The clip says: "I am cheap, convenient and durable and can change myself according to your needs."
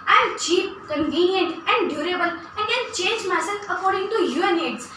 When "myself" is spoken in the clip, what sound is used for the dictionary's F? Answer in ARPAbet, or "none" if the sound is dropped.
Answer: none